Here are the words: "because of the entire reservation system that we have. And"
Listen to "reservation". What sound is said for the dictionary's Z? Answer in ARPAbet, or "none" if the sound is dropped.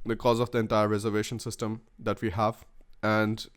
Z